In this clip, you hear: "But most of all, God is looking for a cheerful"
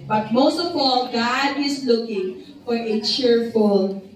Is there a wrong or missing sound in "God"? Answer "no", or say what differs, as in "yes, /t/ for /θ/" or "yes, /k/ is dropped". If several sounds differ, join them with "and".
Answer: no